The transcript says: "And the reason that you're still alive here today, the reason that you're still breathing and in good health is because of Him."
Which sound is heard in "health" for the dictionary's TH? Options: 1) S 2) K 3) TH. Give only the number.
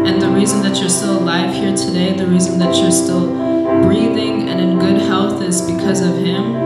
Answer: 3